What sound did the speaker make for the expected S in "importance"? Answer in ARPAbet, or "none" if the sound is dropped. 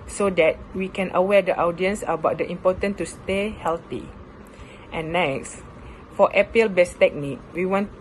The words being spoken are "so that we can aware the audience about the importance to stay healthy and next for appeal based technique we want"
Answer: none